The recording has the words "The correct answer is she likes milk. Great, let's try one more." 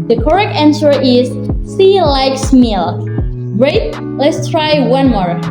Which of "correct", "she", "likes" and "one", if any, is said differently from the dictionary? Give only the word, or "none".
she